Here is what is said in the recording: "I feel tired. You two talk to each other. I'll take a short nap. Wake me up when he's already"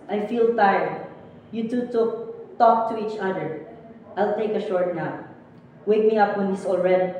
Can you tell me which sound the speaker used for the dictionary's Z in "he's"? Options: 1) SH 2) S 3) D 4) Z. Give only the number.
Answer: 2